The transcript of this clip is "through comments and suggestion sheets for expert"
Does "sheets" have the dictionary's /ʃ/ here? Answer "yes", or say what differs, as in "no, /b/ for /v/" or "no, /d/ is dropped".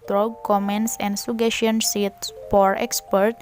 no, /s/ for /ʃ/